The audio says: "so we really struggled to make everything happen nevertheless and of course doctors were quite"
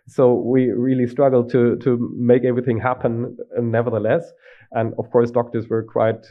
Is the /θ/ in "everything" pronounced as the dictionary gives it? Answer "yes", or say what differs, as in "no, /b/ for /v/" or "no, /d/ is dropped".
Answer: yes